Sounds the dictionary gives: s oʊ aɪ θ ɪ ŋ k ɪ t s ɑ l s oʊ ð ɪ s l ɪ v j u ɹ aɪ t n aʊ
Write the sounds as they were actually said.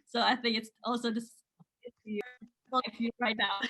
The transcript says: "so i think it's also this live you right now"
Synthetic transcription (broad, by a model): s oʊ aɪ θ ɪ ŋ k ɪ t s ɑ l s oʊ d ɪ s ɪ f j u ɹ aɪ t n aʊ